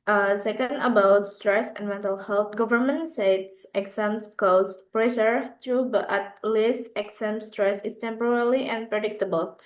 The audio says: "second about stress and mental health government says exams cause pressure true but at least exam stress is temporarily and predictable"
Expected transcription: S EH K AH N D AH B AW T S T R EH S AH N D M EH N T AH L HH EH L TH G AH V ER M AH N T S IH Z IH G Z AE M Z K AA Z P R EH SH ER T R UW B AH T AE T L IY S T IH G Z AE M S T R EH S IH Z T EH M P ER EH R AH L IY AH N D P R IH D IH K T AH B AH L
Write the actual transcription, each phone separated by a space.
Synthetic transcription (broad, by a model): S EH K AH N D AH B AW T S T R EH S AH N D M EH N T AH L HH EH L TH G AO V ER M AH N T S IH S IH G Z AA M S K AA S P R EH S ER T R UW B AH T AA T L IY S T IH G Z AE M S T R EH S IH S T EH M P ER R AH L IY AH N P R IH D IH K T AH B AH L